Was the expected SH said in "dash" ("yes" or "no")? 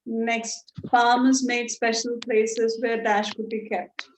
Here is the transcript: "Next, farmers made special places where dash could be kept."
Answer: yes